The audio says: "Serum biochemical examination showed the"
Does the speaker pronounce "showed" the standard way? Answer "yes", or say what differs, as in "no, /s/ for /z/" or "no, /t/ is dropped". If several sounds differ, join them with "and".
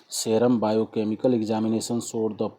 no, /s/ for /ʃ/